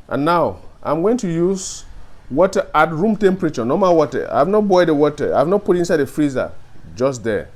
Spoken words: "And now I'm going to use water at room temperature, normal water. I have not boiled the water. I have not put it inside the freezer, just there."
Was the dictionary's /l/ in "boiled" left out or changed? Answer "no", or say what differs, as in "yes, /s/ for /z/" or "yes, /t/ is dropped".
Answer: yes, /l/ is dropped